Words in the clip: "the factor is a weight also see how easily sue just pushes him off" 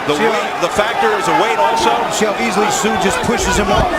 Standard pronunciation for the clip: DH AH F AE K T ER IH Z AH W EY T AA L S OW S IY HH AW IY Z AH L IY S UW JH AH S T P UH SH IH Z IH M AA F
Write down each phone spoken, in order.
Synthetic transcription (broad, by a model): DH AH F AE K T ER IH Z AH W EY T AA L S OW SH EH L IY Z L IY S UW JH AH S P UH SH IH Z IH M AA